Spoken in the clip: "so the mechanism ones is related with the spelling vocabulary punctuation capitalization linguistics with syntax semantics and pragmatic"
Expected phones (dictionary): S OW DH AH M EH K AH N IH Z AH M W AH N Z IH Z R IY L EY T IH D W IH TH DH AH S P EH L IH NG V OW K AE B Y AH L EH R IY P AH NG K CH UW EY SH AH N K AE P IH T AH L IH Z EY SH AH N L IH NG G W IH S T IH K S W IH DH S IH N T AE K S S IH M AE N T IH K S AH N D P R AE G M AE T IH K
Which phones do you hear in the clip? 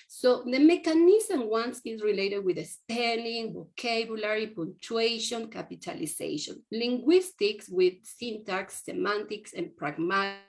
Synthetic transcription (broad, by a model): S OW DH AH M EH K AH N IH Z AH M W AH N S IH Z R IY L EY T IH D W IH DH AH S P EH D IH NG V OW K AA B Y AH L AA R IY P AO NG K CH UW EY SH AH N K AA P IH T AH L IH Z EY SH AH N L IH NG G W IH S T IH K S W IH DH S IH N T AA K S S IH M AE N T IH K S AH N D P R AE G M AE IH